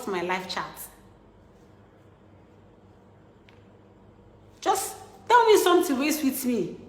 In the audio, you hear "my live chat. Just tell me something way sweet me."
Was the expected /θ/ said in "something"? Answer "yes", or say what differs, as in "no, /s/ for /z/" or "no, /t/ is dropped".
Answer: no, /t/ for /θ/